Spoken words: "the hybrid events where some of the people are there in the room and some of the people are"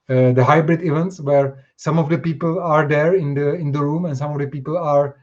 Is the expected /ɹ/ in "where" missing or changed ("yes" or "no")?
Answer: no